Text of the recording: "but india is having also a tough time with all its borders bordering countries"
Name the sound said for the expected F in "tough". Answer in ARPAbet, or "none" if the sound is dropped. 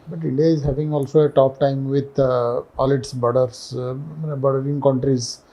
P